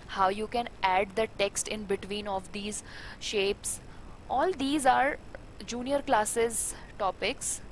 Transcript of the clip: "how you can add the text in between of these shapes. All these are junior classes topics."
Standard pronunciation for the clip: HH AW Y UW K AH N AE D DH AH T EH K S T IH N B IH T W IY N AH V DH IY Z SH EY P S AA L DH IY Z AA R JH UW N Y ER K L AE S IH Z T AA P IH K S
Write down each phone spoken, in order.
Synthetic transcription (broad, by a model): HH AW Y UW K AH N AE D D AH T EH K S T IH N B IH T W IY N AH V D IY Z SH EY P S AA L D IY Z AA R JH UW N Y ER K L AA S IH Z T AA P IH K S